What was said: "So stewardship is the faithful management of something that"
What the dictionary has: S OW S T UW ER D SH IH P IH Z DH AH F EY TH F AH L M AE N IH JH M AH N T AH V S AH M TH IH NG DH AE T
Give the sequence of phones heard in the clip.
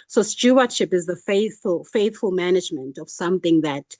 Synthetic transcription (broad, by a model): S OW S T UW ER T SH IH P IH Z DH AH F EY TH F AH L M AE N IH JH M AH N T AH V S AH M TH IH NG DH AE T